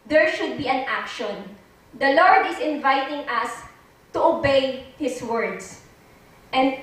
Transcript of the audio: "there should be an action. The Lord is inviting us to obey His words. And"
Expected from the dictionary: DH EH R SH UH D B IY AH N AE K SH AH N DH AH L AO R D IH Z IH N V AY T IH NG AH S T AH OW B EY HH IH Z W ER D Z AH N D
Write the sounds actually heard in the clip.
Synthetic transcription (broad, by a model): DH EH R SH UH D B IY AH N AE K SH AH N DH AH L AO R D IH S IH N V AY T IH NG AH S T AH OW B EY HH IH S W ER D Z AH N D